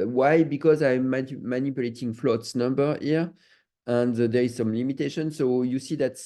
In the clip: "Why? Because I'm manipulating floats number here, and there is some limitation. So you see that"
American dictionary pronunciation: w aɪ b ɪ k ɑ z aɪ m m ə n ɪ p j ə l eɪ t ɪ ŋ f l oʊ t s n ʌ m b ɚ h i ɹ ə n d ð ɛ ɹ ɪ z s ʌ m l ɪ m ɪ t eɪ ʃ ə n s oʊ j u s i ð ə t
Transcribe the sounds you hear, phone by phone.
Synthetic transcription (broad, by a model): w aɪ b ɪ k ɑ z aɪ m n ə n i p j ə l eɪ t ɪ ŋ f l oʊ t s n ʌ m b ɚ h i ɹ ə n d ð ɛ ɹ ɪ z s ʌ m l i m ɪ t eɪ ʃ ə n s oʊ j u s i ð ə t